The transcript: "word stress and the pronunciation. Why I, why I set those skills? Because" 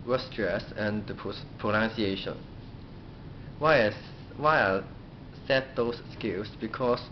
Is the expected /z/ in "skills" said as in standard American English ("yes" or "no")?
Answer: no